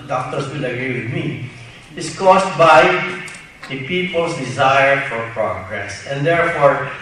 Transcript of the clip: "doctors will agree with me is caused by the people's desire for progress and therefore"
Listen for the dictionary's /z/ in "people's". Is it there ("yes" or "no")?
no